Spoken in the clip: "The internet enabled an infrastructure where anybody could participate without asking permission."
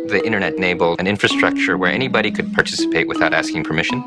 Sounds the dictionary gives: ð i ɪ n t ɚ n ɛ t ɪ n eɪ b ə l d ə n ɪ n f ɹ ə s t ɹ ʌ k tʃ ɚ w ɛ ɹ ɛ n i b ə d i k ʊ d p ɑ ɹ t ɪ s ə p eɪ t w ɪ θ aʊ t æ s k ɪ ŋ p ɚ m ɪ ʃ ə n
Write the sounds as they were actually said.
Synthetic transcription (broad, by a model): ð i ɪ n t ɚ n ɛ t n eɪ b l ə n ɪ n f ɹ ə s t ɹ ʌ k tʃ ɚ w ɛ ɹ ɛ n i b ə d i k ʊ d p ɑ ɹ t ɪ s ə p eɪ t w ɪ θ aʊ t æ s k ɪ ŋ p ɚ m ɪ ʃ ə n